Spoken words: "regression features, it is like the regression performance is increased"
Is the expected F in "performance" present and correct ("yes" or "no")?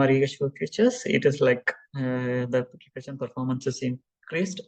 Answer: yes